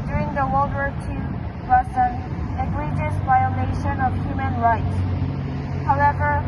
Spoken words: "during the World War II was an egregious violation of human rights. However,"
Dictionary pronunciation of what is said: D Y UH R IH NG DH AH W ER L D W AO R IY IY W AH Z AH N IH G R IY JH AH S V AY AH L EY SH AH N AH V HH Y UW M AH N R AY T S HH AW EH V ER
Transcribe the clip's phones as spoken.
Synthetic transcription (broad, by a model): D Y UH R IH NG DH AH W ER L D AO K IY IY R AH S AH N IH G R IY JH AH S V AY AH L EY SH AH N AH V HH Y UW M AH N R AY T S HH AW EH V ER